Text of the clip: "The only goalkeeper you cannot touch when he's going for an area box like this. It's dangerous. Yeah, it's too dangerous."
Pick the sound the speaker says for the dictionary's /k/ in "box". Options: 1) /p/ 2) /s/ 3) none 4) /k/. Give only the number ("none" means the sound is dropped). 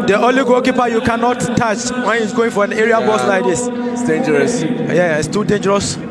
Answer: 3